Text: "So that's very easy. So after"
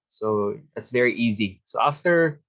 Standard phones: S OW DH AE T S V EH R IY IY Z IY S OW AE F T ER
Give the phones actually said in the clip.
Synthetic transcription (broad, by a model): S OW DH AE T S V EH R IY IY Z IY S OW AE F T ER